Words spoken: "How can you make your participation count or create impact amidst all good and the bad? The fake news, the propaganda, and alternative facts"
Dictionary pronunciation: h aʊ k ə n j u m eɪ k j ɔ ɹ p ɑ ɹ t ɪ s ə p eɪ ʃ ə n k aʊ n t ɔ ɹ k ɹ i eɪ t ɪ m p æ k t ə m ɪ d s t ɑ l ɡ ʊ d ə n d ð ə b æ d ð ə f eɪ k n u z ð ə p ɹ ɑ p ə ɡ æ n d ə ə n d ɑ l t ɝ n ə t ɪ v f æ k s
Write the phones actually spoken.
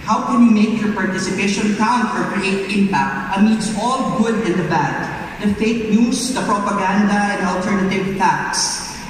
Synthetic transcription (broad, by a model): h aʊ k ə n j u m eɪ k j ɔ ɹ p ɑ ɹ t ɪ s ə p eɪ ʃ ə n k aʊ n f ɔ ɹ k ɹ i eɪ t ɪ m p æ k t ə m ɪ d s ɑ l ɡ ʊ d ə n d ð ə b æ d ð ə f eɪ k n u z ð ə p ɹ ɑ p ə ɡ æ n d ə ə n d ɑ l t ɝ n ə t ɪ v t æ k s